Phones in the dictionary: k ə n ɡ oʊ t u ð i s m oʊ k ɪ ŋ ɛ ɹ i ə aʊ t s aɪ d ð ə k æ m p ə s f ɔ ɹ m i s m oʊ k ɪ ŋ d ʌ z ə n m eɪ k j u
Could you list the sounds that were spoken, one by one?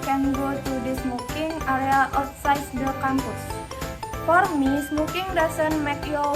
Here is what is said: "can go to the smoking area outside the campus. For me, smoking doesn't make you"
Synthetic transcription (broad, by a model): k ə n ɡ oʊ t u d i s m oʊ k ɪ ŋ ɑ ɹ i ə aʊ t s aɪ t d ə k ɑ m p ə s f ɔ ɹ m i s m oʊ k ɪ ŋ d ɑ s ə n m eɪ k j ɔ